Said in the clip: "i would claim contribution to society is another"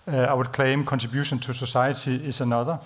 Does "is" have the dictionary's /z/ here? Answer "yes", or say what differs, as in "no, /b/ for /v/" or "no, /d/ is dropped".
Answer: no, /s/ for /z/